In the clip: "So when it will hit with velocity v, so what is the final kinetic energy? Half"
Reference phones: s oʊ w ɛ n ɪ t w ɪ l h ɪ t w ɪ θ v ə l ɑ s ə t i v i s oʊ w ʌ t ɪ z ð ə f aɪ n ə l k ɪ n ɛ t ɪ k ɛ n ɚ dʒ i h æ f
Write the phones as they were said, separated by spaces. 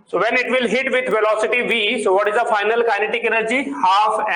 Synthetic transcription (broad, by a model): s oʊ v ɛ n ɪ t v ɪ l h ɪ t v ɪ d v ə l ɑ s ə t i v i s oʊ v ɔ t ɪ z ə f aɪ n ə l k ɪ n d t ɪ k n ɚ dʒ i h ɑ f